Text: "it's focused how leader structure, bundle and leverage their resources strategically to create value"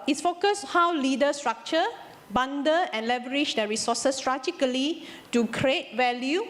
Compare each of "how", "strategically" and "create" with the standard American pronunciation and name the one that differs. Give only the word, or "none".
strategically